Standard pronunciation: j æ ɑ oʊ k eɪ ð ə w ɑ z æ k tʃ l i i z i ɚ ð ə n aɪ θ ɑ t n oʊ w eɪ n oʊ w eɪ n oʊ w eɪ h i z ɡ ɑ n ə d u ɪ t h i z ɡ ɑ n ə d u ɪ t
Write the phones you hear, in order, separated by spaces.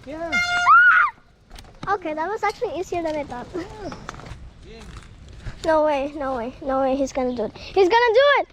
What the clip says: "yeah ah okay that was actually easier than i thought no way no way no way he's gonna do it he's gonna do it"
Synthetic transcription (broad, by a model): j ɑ oʊ k eɪ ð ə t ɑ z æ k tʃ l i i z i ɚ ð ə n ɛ t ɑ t n oʊ w eɪ n oʊ w eɪ n oʊ w eɪ h i z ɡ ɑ n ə d u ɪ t h i z ɡ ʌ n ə d u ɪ t